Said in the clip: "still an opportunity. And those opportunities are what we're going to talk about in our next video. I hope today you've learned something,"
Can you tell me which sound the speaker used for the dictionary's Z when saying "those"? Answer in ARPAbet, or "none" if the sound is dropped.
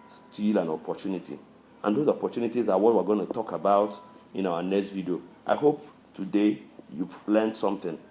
none